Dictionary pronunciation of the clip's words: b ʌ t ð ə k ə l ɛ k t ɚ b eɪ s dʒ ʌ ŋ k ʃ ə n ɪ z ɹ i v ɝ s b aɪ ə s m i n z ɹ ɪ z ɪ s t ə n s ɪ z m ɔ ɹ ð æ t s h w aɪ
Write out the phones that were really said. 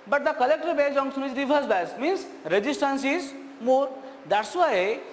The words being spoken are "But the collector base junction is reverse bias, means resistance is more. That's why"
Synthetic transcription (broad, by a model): b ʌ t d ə k ə l ɛ k t ɚ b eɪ dʒ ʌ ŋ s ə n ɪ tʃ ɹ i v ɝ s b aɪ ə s m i n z ɹ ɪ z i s t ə n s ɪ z m ɔ ɹ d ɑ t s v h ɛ